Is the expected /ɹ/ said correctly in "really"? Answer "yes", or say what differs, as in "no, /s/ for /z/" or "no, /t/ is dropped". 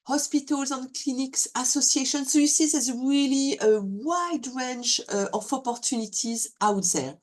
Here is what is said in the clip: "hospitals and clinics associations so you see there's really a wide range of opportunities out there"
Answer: yes